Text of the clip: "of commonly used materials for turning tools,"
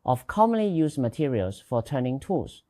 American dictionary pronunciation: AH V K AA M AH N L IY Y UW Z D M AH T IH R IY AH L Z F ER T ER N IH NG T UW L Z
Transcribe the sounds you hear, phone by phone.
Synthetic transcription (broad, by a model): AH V K AA M AH N L IY Y UW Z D M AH T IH R IY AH L S F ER T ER N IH NG T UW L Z